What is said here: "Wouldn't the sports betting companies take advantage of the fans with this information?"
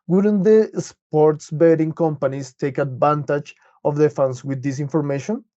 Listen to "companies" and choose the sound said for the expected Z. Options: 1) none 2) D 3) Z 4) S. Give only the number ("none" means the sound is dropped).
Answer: 4